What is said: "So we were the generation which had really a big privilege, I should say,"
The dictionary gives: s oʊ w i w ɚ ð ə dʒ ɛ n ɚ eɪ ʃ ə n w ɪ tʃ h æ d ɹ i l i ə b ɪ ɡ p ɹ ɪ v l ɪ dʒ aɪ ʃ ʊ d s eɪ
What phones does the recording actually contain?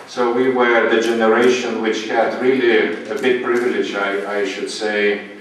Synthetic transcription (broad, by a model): s oʊ w i w ɚ ð ə dʒ ɛ n ɚ eɪ ʃ ə n w ɪ tʃ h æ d ɹ i l i ə b ɪ ɡ p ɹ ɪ v l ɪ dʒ aɪ ʃ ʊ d s eɪ